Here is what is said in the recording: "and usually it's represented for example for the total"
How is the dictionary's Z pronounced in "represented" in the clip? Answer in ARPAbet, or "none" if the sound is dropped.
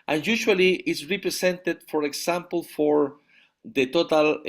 S